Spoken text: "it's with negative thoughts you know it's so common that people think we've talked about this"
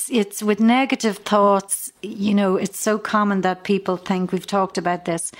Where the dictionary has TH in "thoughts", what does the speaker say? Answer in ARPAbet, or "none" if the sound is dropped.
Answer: TH